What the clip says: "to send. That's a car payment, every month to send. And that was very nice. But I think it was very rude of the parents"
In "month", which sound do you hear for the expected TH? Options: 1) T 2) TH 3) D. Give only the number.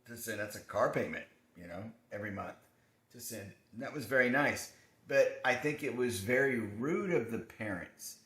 2